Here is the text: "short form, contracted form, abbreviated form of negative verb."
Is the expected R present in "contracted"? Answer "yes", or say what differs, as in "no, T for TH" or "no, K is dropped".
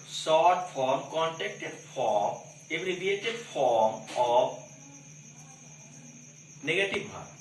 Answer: no, R is dropped